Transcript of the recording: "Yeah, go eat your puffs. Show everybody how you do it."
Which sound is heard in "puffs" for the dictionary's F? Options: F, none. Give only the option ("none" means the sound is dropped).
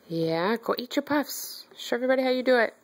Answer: F